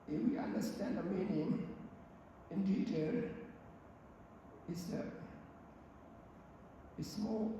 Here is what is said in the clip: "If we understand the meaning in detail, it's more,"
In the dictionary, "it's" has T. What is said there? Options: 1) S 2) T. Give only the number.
1